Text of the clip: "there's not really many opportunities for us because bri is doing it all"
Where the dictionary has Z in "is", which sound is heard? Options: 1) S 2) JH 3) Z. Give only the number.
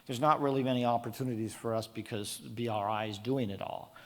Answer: 3